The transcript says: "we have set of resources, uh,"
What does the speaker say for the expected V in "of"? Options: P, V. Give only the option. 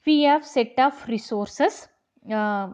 P